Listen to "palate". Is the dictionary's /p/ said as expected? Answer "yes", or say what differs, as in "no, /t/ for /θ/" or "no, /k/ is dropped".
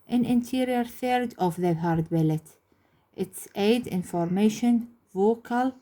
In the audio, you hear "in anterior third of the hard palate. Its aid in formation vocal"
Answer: no, /b/ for /p/